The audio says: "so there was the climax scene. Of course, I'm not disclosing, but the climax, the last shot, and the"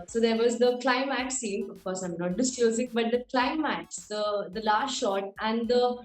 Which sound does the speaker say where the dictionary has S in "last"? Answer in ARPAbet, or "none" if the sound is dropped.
none